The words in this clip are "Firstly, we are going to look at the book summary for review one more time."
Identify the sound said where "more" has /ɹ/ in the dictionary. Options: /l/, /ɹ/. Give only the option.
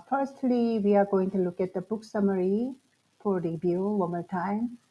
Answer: /l/